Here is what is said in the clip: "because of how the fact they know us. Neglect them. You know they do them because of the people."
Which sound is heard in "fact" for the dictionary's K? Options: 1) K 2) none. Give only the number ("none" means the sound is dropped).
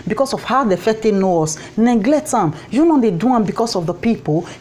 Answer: 2